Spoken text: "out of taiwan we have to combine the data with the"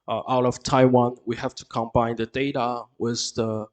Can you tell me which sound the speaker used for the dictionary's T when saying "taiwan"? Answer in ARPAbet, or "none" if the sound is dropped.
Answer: T